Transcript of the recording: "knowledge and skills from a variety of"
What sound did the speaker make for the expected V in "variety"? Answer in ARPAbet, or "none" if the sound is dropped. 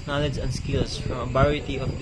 B